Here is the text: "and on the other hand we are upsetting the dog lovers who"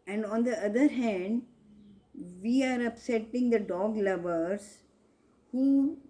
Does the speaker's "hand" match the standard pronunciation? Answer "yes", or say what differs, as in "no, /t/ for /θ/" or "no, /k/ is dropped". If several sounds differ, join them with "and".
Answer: yes